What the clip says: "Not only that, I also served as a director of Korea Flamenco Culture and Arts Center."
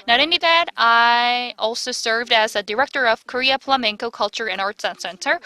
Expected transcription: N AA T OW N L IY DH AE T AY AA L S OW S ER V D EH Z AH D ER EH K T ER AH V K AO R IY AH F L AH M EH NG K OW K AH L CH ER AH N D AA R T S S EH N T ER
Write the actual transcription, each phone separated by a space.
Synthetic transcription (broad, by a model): N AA T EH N IY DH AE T AY AA L S OW S ER V D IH Z AH D ER EH K T ER AH V K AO R IY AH P L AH M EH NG K OW K AH L CH ER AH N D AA R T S S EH N T ER